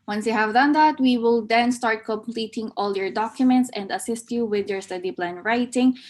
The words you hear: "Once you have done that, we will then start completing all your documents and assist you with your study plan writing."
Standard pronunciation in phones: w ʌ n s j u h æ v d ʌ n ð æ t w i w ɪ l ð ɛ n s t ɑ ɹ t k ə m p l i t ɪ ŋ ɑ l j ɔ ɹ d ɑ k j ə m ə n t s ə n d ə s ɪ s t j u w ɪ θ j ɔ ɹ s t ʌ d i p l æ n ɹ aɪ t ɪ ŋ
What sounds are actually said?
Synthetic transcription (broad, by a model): w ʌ n s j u h æ v d ʌ n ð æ t w i w ɪ l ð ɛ n s t ɑ ɹ t k ə m p l i t ɪ ŋ ɑ l j ɔ ɹ d ɑ k j ə m ə n t s ə n d ə s ɪ s t j u w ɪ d j ɔ ɹ s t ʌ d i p l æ n ɹ aɪ t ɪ ŋ